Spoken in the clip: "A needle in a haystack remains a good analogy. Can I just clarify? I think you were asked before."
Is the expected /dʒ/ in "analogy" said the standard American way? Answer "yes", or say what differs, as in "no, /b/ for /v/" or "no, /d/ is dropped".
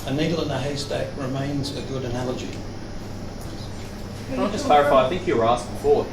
yes